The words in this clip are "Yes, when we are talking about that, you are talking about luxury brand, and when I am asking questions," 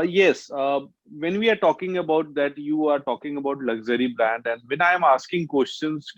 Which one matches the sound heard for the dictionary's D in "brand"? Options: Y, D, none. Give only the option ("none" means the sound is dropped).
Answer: D